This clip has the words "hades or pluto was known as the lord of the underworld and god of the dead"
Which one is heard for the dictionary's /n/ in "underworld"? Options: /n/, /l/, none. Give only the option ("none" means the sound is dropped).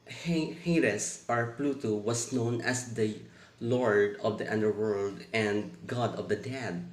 /n/